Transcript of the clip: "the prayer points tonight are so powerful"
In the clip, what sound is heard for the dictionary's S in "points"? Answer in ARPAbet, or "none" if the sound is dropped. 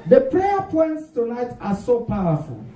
S